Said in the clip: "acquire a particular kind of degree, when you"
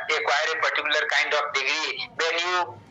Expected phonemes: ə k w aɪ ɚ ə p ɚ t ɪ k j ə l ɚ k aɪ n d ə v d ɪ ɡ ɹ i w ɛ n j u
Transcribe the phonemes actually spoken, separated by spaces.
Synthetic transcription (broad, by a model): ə k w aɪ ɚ ə p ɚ t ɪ k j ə l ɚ k aɪ n d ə f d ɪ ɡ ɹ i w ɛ l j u